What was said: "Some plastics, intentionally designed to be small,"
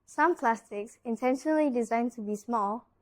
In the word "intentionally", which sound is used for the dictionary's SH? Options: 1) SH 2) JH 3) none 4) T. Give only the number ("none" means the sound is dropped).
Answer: 1